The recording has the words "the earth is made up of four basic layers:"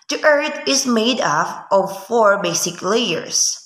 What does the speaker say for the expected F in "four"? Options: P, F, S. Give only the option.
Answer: F